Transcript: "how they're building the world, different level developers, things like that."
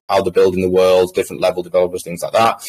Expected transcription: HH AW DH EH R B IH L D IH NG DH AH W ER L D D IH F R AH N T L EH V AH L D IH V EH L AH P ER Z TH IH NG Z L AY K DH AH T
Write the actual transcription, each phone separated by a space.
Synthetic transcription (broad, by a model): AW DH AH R B IH L D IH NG DH AH W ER L D D IH F R AH N T L EH V AH L D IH V EH L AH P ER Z TH IH NG Z L AY K DH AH T